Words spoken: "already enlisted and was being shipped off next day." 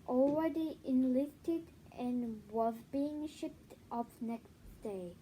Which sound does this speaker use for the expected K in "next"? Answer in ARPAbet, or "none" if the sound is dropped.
K